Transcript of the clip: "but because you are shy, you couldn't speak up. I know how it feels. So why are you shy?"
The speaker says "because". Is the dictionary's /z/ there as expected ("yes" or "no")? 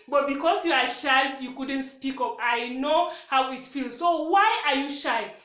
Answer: no